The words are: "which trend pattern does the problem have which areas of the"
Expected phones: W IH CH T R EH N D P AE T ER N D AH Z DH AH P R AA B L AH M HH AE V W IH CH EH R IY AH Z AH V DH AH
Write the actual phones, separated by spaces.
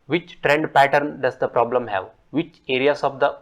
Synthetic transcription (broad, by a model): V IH CH T R EH N D P AE T ER N D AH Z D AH P R AA B L AH M HH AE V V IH CH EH R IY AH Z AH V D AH